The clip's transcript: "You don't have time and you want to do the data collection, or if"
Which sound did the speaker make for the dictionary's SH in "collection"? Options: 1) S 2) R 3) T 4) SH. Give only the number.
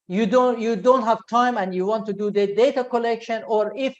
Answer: 4